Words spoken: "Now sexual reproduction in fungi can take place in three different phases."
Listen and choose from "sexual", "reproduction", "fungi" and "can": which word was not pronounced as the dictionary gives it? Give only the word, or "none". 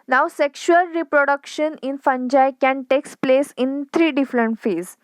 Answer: none